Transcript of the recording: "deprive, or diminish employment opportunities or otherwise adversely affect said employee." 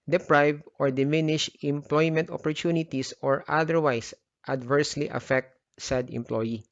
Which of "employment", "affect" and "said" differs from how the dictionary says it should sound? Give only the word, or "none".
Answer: none